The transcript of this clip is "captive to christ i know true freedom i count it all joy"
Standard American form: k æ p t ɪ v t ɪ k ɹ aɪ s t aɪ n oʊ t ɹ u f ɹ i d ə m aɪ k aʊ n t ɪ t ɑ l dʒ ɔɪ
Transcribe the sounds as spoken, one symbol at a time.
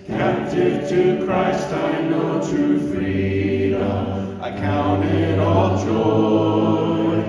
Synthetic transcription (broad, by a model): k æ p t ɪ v t ɪ k ɹ aɪ s t aɪ n oʊ t ɹ u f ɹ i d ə ɪ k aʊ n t ɪ t ɑ l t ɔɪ